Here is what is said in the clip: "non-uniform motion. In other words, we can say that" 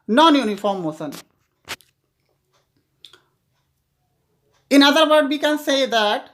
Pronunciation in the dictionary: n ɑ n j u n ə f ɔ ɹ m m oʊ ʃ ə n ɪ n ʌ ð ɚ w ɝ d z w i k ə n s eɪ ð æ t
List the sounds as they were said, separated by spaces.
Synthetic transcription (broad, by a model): n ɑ n j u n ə f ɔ ɹ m m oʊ s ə n ɪ n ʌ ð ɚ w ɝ d w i k ə n s eɪ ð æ t